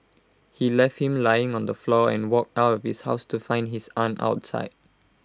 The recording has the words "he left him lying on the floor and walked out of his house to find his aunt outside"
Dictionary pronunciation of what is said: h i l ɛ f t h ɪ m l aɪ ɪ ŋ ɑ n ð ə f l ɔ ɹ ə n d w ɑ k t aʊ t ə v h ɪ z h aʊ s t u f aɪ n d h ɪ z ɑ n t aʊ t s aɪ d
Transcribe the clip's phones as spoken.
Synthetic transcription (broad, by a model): h i l ɛ f t h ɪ m l aɪ ɪ ŋ ɑ n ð ə f l ɔ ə n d w ɑ k t aʊ t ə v h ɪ s h aʊ s t u f aɪ n d h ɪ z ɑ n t aʊ t s aɪ d